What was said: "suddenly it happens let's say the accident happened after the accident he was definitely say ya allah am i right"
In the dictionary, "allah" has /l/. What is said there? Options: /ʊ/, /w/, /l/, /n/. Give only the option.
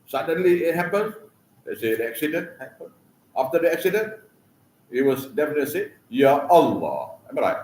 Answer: /l/